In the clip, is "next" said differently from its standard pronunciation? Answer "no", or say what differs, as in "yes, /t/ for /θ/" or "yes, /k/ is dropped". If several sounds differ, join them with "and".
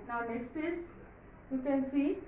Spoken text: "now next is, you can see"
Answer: yes, /k/ is dropped